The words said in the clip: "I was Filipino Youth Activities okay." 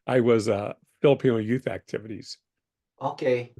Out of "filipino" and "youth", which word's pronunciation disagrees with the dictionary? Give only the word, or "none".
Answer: none